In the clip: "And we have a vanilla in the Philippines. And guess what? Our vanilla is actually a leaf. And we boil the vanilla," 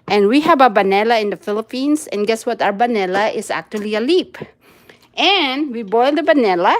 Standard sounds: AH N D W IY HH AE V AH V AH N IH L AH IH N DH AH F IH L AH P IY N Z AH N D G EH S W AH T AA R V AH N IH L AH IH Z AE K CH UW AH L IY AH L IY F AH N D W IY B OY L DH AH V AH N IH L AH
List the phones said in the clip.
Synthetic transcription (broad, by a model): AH N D W IY HH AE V AH B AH N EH L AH IH N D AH F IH L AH P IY N S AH N G EH S W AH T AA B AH N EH L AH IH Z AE K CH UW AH L IY AH L IY P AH N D W IY B OY L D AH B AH N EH L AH